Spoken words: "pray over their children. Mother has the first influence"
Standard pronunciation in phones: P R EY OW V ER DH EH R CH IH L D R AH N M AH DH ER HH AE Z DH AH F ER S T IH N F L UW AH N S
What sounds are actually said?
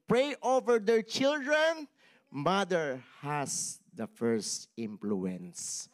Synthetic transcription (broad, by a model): P R EY OW V ER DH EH R CH IH L D R AH N M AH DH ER HH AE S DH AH F ER S T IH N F L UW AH N S